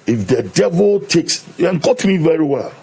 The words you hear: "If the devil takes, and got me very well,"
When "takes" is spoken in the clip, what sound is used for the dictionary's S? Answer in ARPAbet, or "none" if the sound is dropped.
S